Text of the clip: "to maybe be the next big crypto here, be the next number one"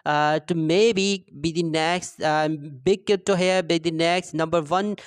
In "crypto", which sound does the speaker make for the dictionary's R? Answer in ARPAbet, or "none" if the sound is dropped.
none